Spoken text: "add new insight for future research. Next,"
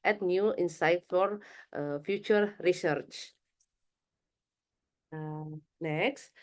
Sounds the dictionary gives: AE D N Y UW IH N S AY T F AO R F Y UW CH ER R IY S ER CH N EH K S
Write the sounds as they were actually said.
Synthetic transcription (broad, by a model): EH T N Y UW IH N S AY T F AO R F Y UW CH ER R IY S ER CH N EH K S